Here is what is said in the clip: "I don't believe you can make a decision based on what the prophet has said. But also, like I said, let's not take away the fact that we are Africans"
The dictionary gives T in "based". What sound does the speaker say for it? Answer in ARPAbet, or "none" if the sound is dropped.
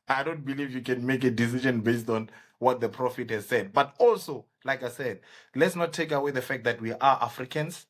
T